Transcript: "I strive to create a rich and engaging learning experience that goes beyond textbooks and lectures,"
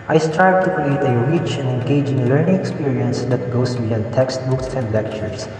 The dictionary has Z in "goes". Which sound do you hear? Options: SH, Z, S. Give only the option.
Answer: S